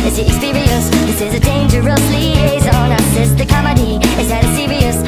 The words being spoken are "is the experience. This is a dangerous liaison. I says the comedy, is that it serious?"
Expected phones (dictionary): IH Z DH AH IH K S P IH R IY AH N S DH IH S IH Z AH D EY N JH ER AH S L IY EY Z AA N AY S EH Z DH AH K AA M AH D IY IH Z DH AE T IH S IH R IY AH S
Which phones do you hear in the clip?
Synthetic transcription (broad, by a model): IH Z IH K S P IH R IY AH S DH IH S IH Z AH D EY N JH ER AH S L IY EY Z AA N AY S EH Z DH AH K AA M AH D IY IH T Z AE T IH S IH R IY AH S